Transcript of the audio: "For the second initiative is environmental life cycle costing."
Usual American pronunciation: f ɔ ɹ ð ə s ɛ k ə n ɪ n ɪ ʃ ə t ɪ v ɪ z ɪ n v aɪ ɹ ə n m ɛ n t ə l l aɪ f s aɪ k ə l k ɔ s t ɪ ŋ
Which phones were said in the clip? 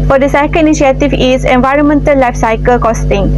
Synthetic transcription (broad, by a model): f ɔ ɹ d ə s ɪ k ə l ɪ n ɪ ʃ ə t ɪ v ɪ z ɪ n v aɪ ɹ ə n m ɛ n t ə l l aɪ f s aɪ k ə l k ɔ s t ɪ ŋ